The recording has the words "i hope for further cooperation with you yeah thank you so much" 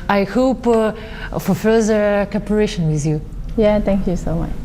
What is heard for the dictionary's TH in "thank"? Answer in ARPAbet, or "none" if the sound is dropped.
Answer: T